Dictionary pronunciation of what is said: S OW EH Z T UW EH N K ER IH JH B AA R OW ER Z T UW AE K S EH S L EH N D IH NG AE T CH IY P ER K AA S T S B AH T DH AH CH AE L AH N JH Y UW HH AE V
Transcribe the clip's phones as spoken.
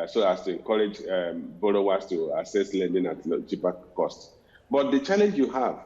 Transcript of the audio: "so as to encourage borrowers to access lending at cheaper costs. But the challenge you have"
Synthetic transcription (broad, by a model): S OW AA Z T UW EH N K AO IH JH B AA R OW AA S T UW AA S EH S L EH N D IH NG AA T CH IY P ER K AA S T S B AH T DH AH CH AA L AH N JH Y UW HH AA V